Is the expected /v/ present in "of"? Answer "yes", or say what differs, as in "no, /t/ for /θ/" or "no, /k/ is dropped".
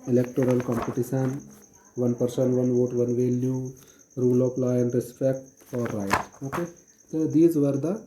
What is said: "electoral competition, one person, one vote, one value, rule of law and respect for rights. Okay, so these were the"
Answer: no, /p/ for /v/